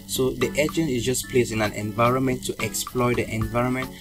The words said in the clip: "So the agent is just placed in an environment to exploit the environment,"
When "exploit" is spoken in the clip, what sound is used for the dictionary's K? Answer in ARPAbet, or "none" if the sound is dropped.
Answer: K